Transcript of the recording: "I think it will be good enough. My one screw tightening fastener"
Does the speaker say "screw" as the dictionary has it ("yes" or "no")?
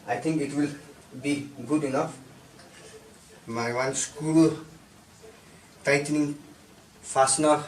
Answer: no